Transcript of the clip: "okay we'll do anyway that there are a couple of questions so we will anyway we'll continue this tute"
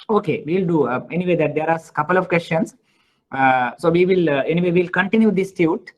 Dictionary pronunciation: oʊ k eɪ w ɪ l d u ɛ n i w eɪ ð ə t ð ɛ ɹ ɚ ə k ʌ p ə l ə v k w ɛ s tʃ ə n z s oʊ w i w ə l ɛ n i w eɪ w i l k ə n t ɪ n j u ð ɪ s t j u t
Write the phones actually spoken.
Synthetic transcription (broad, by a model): oʊ k eɪ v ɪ l d u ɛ n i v eɪ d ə t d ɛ ɹ ə k ʌ p ə l ə v k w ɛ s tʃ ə n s s oʊ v i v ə l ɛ n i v eɪ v i l k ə n t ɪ n j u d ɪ s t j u t